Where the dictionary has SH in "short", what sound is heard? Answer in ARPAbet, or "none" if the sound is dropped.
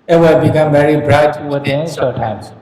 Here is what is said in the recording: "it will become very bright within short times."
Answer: S